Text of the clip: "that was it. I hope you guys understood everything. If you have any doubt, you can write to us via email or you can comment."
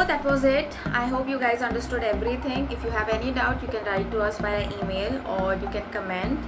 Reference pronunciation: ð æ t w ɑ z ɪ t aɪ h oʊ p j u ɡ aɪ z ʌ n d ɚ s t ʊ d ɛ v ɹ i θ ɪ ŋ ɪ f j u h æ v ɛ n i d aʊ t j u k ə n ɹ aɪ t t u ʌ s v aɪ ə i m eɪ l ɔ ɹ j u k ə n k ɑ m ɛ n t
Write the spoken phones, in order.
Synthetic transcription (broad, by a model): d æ t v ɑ z ɪ t aɪ h oʊ p j u ɡ aɪ z ʌ n d ɚ s t ʊ d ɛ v ɹ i t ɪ ŋ ɪ f j u h æ v ɛ n i d aʊ t j u k ə n ɹ aɪ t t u ʌ s b aɪ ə i m eɪ l ɔ ɹ j u k ə n k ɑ m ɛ n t